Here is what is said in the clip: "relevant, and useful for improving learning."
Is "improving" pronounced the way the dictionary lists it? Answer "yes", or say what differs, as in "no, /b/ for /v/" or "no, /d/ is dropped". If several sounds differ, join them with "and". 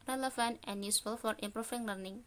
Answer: no, /f/ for /v/